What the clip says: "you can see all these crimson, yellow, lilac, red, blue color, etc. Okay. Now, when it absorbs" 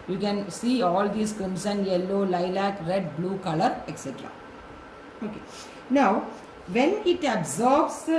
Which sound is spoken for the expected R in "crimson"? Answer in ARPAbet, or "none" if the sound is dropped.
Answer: none